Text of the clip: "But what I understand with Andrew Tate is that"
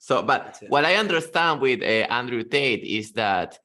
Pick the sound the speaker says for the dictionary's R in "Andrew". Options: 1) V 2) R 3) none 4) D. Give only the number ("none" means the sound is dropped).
2